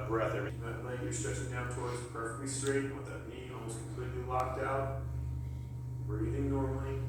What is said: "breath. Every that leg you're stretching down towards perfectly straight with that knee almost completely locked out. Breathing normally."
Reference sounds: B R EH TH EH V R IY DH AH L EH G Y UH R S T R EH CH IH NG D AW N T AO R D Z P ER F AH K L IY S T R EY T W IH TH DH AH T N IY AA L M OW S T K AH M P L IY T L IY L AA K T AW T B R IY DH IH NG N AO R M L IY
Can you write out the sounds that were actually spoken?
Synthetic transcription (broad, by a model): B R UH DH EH R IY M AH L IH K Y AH R S T R EH CH IH NG D AW N T AO R D Z P ER F AH K L IY S T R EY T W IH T DH AH T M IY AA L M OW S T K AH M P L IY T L IY L AA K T AW T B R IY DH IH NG N AO R M L IY